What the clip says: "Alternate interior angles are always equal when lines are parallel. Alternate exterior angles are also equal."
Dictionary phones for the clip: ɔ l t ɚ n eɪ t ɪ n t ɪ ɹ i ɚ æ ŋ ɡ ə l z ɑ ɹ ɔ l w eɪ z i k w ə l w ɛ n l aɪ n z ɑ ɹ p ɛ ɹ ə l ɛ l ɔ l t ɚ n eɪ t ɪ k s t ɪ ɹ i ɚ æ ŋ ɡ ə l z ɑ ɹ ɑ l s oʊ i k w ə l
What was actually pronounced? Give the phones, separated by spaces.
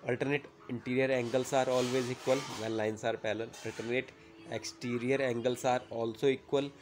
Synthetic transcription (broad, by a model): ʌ l t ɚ n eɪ t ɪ n t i ɹ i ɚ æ ŋ ɡ ə l s ɑ ɹ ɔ l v eɪ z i k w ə l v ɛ n l aɪ n s ɑ ɹ p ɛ l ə n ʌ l l t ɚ n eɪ t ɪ k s t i ɹ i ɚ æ ŋ ɡ ə l s ɑ ɹ ɑ l s oʊ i k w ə l